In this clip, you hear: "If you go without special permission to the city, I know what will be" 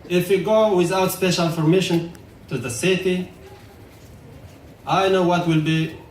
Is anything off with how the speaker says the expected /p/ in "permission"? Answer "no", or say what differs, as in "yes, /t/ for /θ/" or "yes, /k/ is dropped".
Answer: yes, /f/ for /p/